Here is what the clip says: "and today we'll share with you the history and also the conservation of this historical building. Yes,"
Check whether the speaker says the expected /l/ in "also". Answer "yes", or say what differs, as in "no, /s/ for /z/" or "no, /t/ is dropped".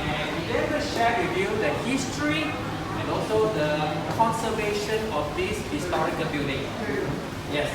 yes